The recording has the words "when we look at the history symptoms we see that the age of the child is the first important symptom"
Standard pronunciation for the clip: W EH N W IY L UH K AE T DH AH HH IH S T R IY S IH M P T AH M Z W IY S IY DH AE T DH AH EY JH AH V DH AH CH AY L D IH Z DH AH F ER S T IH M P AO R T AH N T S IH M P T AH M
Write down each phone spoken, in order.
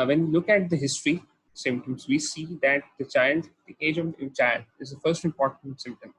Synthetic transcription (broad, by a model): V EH N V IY L UH K AE T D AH HH IH S T R IY S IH M T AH M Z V IY S IY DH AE T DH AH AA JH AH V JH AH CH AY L IH Z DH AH F ER S T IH M P AO R T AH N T S IH M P T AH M